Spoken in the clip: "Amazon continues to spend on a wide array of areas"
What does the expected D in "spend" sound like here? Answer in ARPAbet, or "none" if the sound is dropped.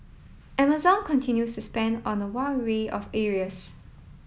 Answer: D